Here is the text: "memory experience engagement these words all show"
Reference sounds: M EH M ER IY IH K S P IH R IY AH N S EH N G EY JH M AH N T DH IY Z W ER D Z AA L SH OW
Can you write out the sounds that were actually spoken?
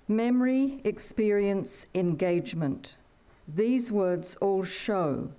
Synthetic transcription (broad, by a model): M EH M ER IY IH K S P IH R IY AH N S EH N G EY JH M AH N T DH IY Z W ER D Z AA L SH OW